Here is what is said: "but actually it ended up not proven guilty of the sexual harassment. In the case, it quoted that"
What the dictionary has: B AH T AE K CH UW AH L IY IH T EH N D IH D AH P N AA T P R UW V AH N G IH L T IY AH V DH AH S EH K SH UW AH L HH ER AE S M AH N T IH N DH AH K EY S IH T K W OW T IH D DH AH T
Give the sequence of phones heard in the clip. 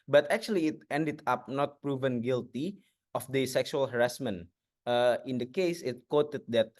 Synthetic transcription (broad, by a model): B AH T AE K CH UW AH L IY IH T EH N D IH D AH P N AA T P R UW V AH N G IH L T IY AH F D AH S EH K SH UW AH L HH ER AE S M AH N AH IH N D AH K EY S IH T K W OW T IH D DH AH T